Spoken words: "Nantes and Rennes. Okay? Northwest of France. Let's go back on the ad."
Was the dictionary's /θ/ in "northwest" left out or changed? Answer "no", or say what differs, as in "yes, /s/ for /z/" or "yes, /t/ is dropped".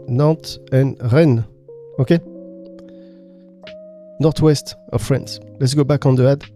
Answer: yes, /t/ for /θ/